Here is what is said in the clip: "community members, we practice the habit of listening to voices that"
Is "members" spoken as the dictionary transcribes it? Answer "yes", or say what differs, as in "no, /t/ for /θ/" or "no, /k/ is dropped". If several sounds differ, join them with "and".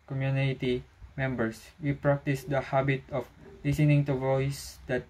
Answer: no, /s/ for /z/